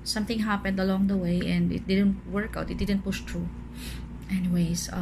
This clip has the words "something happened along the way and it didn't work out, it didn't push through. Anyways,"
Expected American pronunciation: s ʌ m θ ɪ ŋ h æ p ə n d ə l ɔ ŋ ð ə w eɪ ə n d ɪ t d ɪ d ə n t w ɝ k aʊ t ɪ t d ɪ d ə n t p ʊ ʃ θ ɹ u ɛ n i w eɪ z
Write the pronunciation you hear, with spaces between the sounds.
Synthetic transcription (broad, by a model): s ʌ m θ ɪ ŋ h æ p ə n d ə l ɔ ŋ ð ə w eɪ ə n d ɪ t d ɪ d ə n t w ɝ k aʊ t ɪ t d ɪ d ə n t p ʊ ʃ t ɹ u ɛ n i w eɪ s